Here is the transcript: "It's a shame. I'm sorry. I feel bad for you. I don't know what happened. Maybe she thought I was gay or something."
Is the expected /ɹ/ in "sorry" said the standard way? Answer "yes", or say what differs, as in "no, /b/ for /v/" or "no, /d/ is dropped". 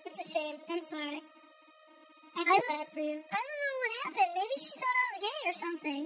no, /ɹ/ is dropped